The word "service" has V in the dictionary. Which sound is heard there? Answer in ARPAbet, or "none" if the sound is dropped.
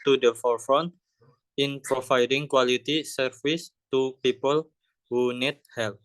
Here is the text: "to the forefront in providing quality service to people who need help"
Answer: F